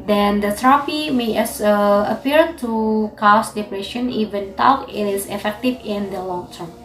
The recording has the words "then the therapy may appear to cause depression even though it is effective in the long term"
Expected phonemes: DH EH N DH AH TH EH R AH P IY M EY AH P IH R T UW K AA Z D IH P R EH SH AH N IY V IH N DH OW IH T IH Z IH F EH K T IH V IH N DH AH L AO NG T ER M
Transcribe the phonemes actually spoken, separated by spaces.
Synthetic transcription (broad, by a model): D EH N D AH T R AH F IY M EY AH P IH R T UW K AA S D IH P R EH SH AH N IY V IH N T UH IH T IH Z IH F EH K T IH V IH N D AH L AO NG T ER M